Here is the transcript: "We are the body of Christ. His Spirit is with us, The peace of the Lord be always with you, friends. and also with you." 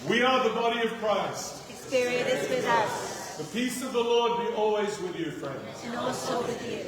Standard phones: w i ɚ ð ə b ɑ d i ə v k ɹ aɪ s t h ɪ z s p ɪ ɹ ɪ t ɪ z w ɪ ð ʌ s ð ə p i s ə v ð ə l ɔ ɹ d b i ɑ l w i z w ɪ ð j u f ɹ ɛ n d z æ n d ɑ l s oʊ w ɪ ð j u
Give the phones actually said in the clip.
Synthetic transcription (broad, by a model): w i ɚ ð ə b ɑ d i ə v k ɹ aɪ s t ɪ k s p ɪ ɹ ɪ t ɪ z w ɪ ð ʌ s ð ə p i s ə v ð ə l ɔ ɹ d b i ɑ l w i z w ɪ ð j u f ɹ ɛ n d z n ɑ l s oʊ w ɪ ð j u